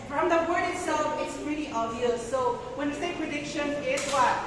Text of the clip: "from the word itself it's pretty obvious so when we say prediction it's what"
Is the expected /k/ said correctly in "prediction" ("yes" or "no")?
yes